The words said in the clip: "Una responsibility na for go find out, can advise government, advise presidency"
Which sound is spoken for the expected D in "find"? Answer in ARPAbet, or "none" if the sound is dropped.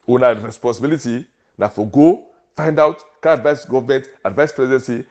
D